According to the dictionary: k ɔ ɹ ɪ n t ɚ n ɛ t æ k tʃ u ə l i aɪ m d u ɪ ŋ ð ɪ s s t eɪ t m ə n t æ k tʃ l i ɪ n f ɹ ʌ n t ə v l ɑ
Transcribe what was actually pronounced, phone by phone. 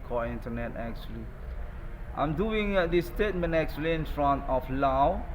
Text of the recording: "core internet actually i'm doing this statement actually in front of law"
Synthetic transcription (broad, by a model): k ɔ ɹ ɪ n t ɚ n ɛ t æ k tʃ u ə l i aɪ m d u ɪ ŋ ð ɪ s s t eɪ t m ə n t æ k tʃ l i ɪ n f ɹ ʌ n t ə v l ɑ